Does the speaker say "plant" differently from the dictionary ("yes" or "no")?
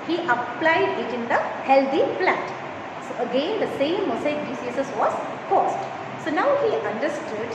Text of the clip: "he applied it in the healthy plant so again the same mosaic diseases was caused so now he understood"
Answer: yes